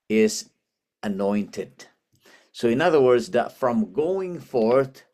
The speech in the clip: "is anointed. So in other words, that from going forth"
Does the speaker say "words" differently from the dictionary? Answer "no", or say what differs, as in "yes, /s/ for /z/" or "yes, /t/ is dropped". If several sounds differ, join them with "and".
no